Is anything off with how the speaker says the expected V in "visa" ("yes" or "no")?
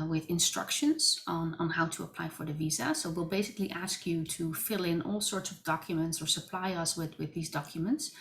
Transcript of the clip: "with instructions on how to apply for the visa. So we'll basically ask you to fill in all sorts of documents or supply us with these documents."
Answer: no